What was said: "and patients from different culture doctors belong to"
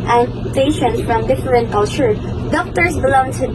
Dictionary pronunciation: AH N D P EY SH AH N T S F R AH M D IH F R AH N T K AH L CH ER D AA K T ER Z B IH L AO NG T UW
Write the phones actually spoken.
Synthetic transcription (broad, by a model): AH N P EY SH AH N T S F R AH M D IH F R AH N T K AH L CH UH D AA K T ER S B IH L AO NG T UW